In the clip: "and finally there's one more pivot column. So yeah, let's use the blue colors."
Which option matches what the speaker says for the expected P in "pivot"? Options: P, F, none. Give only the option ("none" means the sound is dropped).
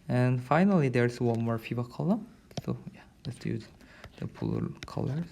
F